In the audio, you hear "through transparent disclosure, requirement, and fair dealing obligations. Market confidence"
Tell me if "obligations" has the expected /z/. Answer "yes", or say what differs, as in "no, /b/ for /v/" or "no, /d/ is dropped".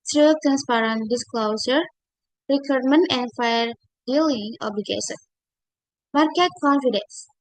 no, /z/ is dropped